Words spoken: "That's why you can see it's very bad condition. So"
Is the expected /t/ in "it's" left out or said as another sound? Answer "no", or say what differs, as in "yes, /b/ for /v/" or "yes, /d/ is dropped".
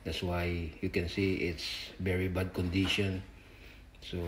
no